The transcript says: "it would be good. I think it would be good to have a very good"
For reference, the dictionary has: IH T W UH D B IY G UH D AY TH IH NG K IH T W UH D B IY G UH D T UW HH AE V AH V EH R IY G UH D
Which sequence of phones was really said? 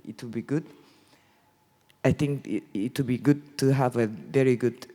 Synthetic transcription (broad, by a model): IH T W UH B IY G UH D AY T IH NG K IH T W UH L B IY G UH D T UW HH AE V AH V EH R IY G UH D